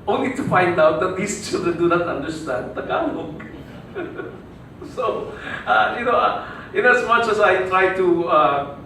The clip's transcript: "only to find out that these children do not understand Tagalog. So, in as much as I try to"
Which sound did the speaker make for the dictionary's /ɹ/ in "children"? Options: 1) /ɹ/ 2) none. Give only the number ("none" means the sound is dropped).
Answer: 2